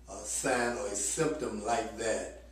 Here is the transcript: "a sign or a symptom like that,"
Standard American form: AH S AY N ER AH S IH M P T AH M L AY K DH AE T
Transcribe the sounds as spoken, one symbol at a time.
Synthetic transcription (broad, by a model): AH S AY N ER AH S IH M P T AH M L AY K DH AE T